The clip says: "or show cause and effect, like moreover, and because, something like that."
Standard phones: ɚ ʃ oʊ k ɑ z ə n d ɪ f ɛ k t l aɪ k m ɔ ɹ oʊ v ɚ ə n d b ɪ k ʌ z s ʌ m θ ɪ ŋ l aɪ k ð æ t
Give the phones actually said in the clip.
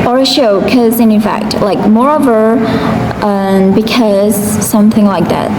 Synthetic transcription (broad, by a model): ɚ ʃ oʊ k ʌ z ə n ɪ f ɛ k t l aɪ k m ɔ ɹ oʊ v ɚ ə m b ɪ k ʌ z s ʌ m θ ɪ ŋ l aɪ k ð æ t